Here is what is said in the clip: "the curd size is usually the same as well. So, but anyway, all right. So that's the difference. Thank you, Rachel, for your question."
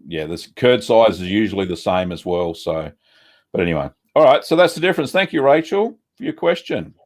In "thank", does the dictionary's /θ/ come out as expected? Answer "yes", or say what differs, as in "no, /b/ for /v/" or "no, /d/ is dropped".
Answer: yes